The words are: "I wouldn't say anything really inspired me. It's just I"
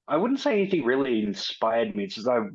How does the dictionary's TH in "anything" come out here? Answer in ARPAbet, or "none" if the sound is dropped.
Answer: TH